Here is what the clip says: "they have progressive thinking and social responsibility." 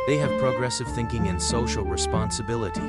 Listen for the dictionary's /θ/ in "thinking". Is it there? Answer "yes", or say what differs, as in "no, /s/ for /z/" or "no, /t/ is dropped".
yes